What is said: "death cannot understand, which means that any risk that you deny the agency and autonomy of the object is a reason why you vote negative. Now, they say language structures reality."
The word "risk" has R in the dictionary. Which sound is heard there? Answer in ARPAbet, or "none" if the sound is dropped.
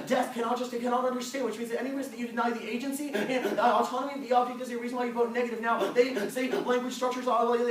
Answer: W